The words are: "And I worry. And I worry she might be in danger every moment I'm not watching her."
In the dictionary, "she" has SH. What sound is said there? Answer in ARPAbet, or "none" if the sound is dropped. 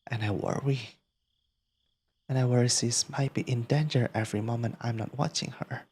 S